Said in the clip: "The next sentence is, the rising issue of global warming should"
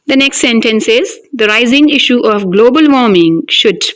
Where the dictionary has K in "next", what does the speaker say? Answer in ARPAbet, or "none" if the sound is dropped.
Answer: K